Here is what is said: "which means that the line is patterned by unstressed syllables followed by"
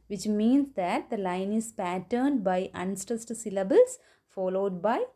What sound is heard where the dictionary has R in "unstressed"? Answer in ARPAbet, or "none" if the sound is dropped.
none